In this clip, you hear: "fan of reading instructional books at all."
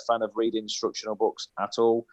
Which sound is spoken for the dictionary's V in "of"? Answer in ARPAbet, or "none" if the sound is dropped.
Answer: V